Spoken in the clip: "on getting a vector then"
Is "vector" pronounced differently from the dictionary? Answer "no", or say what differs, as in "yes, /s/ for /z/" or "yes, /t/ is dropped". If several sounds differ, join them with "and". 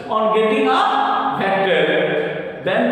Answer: yes, /b/ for /v/